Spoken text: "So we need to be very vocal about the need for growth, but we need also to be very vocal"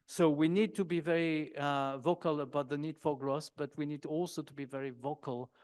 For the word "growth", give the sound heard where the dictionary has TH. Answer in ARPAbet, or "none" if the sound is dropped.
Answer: S